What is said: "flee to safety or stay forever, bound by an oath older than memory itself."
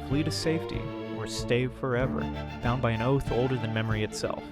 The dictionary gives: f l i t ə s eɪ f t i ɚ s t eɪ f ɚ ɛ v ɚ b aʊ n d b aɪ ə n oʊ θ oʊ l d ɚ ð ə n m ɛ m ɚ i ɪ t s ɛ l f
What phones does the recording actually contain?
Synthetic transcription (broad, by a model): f l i t ə s eɪ f t i ɚ s t eɪ f ɚ ɛ v ɚ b aʊ n b aɪ ə n oʊ θ oʊ l d ɚ ð ə n m ɛ m ɚ i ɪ t s ɛ l f